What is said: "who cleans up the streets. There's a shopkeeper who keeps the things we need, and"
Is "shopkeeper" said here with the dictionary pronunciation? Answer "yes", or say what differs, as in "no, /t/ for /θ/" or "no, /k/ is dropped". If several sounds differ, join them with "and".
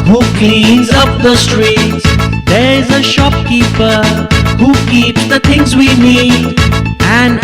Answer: yes